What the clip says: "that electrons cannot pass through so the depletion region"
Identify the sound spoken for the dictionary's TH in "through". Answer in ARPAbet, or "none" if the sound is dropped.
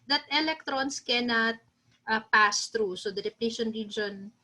T